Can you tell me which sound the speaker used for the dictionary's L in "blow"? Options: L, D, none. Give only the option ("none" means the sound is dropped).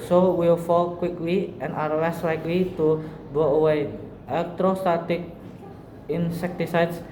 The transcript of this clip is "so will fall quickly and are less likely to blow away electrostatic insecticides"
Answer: none